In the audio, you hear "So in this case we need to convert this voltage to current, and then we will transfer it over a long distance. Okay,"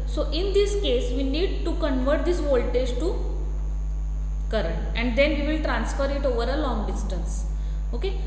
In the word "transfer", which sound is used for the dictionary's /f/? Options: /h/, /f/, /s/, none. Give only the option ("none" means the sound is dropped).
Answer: /f/